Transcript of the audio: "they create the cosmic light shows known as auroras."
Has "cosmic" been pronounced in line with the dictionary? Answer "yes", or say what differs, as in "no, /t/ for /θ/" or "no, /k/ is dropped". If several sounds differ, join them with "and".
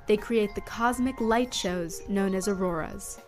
yes